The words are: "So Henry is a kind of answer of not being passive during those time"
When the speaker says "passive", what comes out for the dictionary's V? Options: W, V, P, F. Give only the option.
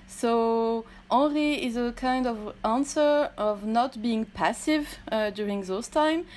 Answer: V